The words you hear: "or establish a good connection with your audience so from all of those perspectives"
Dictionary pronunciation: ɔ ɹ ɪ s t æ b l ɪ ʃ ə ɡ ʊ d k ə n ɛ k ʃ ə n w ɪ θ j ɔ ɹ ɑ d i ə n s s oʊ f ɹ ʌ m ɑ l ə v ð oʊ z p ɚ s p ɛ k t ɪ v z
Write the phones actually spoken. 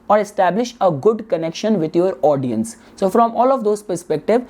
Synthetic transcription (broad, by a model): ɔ ɹ ɪ s t æ b l ɪ ʃ ə ɡ ʊ d k ə n ɛ k ʃ ə n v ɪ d j ɔ ɹ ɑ d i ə n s s oʊ f ɹ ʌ m ɑ l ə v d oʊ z p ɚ s p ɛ k t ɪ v